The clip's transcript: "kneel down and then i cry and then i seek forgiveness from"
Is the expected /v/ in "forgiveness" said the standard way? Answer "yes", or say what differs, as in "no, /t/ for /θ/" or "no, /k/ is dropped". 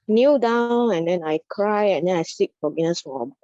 no, /v/ is dropped